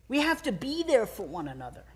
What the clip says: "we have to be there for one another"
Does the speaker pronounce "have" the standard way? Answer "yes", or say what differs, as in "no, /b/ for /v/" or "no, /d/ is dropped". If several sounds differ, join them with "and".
no, /f/ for /v/